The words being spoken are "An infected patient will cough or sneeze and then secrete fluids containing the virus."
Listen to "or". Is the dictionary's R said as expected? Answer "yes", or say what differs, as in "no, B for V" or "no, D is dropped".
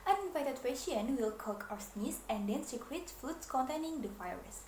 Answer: no, W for R